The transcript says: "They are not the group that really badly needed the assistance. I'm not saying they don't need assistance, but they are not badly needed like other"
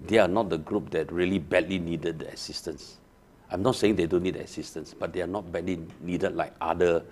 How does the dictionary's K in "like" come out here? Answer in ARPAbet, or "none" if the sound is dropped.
K